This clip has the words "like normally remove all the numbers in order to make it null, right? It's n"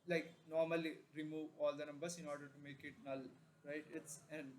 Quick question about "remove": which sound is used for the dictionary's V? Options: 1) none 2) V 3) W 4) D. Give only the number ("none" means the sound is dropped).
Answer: 2